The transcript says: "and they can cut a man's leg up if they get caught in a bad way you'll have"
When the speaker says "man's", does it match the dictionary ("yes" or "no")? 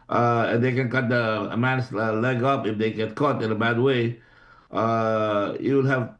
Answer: no